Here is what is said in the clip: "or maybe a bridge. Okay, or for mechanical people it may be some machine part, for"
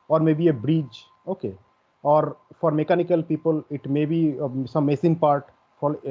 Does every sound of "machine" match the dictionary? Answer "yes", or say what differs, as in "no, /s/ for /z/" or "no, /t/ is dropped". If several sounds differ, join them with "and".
no, /s/ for /ʃ/